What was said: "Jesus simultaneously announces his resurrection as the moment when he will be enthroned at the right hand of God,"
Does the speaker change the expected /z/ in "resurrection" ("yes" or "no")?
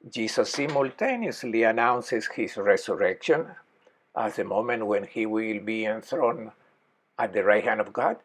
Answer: yes